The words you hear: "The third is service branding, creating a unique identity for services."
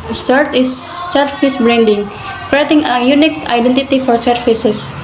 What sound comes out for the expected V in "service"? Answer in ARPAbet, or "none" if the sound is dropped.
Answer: F